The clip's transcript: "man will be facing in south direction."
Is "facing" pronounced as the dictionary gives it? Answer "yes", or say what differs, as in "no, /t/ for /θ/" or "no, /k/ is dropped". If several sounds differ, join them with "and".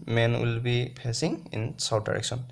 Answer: no, /p/ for /f/